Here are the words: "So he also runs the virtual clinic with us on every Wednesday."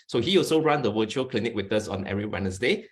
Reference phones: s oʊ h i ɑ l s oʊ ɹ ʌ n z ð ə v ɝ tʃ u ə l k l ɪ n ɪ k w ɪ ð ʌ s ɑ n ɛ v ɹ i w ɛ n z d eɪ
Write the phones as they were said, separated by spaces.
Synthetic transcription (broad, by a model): s oʊ h i ɑ l s oʊ ɹ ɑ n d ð ə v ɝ tʃ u ə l k l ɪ n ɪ k w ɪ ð ʌ s ɑ n ɛ ɹ i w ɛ n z d eɪ